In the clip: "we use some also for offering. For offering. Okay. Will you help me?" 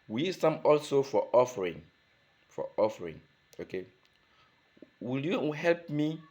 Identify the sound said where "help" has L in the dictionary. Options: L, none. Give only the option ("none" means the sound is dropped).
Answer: L